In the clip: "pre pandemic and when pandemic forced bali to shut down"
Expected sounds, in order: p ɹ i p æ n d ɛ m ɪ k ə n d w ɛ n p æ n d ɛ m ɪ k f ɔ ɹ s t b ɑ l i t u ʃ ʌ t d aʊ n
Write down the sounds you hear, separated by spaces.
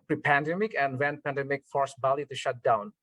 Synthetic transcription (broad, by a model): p ɹ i p æ n d ɛ m ɪ k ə n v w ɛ n p æ n d ɛ m ɪ k f ɔ ɹ s b ɑ l i t u ʃ ʌ t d aʊ n